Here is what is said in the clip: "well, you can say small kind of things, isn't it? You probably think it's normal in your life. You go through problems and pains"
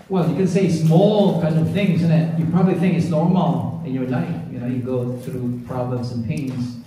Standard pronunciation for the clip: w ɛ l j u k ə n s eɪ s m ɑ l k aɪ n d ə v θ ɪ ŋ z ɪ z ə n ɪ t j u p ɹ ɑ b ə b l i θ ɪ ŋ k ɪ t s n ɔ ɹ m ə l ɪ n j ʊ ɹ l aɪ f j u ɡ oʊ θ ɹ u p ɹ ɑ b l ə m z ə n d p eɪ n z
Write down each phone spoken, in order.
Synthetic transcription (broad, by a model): w ɛ l j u k ə n s eɪ s m ɑ l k aɪ n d ə v θ ɪ ŋ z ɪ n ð ɪ t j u p ɹ ɑ b ə b l i θ ɪ ŋ k ɪ t s n ɔ ɹ m ə l ɪ n j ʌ ɹ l aɪ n j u ɡ oʊ θ ɹ u p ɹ ɑ b l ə m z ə n p eɪ n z